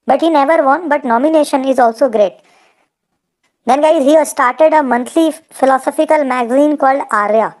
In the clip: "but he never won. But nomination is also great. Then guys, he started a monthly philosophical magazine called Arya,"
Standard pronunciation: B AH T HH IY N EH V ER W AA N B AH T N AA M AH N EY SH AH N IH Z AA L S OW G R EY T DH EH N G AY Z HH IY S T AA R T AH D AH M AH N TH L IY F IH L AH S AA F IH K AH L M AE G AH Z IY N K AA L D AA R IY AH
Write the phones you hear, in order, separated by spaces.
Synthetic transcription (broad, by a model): B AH T HH IY N EH V ER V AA N B AH T N AA M AH N EY SH AH N IH Z AA L S OW G R EY T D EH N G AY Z HH IY S T AA R T AH D AH M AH N T L IY F IH L AH S AA F IH K AH L M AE G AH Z IY N K AA L D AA R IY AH